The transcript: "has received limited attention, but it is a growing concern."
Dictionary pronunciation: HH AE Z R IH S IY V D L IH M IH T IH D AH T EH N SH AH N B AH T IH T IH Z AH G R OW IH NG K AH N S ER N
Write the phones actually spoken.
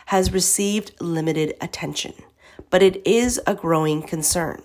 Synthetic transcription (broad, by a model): HH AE Z R IH S IY V D L IH M IH T IH D AH T EH N SH AH N B AH T IH T IH Z AH G R OW IH NG K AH N S ER N